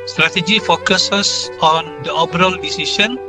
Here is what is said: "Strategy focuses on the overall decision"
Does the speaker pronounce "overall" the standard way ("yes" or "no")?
no